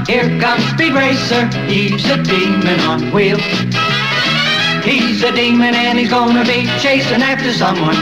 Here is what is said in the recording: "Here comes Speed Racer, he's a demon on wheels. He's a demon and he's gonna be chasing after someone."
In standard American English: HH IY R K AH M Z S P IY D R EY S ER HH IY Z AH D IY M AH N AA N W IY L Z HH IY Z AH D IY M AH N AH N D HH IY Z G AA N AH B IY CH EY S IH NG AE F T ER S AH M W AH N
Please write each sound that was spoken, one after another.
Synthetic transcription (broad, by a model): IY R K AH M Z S B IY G R EY S ER HH IY Z AH D IY M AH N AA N W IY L HH IY Z AH D IY M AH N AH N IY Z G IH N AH B IY CH EY S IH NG AE F T ER S AH M W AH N